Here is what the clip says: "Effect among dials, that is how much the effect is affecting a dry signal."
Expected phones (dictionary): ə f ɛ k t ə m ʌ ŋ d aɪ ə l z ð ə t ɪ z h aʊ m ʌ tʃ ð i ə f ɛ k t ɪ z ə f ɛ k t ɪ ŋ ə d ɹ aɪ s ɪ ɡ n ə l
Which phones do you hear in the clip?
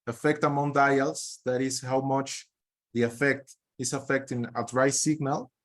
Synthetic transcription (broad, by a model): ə f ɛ k t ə m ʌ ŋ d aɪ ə l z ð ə t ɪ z h aʊ m ʌ tʃ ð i ə f ɛ k t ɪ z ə f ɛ k t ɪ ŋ ə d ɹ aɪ s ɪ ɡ n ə l